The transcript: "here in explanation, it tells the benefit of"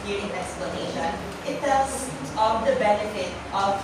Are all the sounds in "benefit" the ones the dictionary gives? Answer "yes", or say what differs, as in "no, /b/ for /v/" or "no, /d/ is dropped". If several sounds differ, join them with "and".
yes